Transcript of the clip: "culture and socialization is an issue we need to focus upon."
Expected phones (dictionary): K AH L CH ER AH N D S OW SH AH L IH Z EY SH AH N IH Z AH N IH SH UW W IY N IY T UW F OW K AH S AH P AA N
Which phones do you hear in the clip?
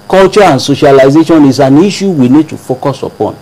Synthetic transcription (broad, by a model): K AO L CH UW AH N S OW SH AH L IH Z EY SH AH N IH S AH N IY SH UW W IY N IY T UW F OW K AH S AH P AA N